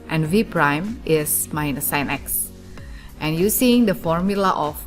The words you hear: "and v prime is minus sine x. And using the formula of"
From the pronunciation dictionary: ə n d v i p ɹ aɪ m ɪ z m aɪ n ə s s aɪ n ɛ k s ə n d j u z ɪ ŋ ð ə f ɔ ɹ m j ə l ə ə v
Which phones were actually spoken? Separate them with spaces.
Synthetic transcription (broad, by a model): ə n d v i p ɹ aɪ m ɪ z m aɪ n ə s s aɪ n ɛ k s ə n j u s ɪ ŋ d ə f ɔ ɹ m j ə l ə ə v